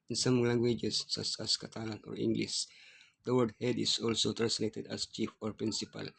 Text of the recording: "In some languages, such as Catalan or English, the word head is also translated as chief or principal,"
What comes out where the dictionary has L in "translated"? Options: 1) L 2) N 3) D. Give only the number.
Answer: 2